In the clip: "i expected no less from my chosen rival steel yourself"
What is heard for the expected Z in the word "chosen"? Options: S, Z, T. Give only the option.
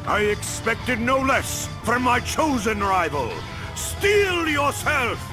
Z